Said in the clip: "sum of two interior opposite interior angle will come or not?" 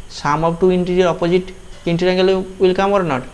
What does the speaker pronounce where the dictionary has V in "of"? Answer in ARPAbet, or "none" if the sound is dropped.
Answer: P